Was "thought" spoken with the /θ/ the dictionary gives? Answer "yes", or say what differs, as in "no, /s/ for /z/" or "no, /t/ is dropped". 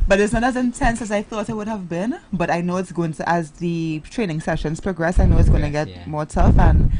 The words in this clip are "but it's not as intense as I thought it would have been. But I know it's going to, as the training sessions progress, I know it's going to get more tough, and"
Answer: yes